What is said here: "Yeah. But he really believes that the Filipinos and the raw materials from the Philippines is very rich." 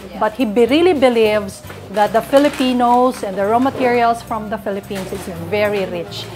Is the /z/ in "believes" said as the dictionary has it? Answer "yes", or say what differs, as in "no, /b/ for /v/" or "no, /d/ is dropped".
no, /s/ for /z/